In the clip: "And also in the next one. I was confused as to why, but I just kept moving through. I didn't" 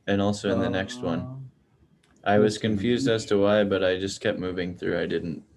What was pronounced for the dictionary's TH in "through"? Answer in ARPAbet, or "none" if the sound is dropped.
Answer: TH